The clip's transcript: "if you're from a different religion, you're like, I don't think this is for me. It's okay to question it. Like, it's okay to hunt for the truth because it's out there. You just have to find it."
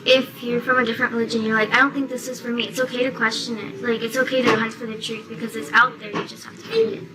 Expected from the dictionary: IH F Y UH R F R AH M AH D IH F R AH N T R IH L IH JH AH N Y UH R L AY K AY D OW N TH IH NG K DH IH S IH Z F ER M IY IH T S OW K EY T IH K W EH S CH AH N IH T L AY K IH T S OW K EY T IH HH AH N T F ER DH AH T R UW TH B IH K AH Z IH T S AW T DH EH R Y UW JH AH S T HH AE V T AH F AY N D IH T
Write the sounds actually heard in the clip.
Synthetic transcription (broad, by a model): IH F Y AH R F R AH M AH D IH F R AH N T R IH L IH JH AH N Y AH R L AY K AY D OW N TH IH NG K DH IH S IH Z F ER M IY IH T S OW K EY T IH K W EH S CH AH N IH T L AY K IH T S OW K EY T IH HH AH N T F ER DH AH T R UW TH B IH K AH Z IH T S AW T DH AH R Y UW JH AH S T HH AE F T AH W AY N IH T